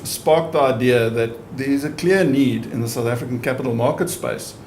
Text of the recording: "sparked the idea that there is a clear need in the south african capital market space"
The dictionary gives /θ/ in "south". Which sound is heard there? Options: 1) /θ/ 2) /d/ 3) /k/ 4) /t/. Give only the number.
1